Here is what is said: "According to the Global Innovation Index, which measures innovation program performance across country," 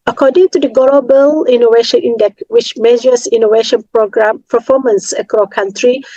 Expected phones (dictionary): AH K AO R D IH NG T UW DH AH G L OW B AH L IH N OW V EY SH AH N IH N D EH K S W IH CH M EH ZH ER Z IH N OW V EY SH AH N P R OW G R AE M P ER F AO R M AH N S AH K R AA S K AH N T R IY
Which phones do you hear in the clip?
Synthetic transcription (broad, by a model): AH K AO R D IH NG T UW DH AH G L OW B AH L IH N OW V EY SH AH N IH N D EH K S W IH CH M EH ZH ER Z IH N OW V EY SH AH N P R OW G R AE M P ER F AO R M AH N S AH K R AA K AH N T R IY